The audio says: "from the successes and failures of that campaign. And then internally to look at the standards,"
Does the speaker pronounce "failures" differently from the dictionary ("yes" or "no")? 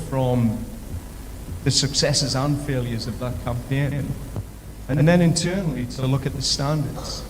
no